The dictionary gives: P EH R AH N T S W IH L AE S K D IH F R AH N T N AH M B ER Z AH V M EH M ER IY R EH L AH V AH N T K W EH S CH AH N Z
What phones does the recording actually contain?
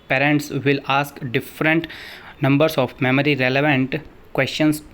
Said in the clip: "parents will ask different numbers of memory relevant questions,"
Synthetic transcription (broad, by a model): P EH R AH N T S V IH L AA S K D IH F R AH N T N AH M B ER S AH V M EH M ER IY R EH L AH V AH N T K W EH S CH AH N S